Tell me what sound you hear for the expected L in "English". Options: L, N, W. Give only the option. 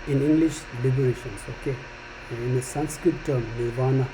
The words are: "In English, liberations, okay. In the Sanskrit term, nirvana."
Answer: L